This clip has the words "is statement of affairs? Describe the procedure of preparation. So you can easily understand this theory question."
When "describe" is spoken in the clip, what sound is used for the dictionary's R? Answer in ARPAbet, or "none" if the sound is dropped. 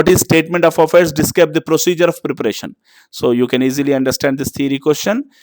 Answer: none